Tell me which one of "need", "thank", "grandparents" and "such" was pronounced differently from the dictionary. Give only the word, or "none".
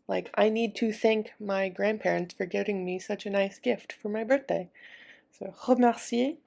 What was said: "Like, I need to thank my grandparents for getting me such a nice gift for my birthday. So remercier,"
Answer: none